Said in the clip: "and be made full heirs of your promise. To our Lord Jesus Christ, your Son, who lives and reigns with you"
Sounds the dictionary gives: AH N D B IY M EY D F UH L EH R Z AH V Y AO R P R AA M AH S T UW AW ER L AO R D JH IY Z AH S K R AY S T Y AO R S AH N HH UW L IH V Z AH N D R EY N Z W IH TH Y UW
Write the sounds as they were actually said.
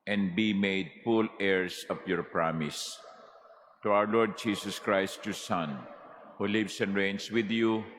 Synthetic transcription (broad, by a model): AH N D B IY M EY D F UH L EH R S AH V Y AO R P R AA M AH S T UW AW ER L AO R D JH IY S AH S K R AY S T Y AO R S AH N HH UW L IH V S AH N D R EY N S W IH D Y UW